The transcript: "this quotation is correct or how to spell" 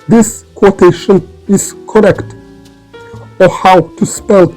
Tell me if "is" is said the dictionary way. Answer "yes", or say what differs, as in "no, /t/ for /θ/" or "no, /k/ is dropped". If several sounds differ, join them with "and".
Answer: no, /s/ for /z/